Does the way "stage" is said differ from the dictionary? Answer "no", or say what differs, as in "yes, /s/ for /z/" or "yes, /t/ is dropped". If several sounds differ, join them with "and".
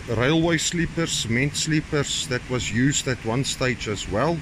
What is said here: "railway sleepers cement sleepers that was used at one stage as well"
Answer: no